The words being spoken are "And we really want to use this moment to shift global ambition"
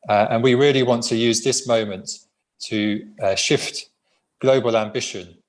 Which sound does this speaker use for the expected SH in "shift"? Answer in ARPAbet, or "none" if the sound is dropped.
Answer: SH